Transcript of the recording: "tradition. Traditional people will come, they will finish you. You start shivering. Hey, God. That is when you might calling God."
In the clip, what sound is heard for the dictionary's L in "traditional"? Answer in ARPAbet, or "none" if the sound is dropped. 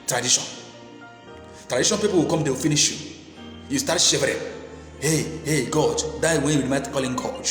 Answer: N